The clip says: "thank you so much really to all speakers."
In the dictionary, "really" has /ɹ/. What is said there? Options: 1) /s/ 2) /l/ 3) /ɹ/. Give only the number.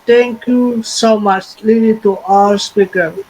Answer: 2